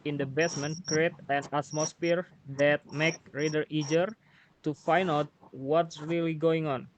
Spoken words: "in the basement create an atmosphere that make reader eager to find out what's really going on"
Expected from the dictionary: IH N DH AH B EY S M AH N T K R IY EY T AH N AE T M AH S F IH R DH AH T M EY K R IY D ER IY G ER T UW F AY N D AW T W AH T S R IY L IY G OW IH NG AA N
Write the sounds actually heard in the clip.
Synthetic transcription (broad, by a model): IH N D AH B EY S M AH N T K R IY EY T AH N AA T M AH S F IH R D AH T M EY K R IY D ER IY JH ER T UW F AY N AW T W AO T S R IY L IY G OW IH NG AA N